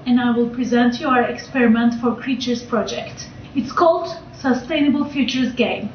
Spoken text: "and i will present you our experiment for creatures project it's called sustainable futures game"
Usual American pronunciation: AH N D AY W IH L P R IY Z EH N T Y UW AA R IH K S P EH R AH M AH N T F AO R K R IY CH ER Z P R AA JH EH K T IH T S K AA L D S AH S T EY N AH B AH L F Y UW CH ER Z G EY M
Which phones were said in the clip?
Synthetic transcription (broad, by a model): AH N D AY W IH L P R IY Z EH N T Y UW AA R IH K S P EH R AH M AH N T F AO R K R IY CH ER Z P R AA JH EH K T IH T S K AA L D S AH S T EY N AH B AH L F Y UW CH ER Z G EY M